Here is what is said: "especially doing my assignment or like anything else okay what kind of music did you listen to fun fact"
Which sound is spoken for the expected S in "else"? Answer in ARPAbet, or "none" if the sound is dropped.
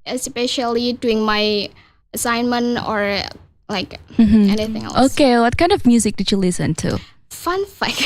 none